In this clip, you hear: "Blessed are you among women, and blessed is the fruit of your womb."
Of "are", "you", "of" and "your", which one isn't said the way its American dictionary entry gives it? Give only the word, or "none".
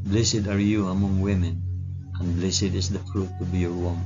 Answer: of